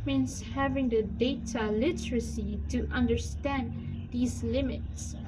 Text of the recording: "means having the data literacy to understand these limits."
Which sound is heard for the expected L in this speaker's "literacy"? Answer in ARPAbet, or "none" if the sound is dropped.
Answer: L